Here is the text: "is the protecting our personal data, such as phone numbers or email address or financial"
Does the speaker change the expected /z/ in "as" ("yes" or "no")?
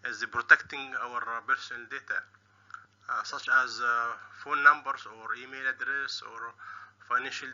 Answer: no